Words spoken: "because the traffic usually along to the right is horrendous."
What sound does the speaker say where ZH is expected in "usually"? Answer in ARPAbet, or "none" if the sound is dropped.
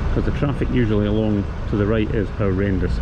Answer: ZH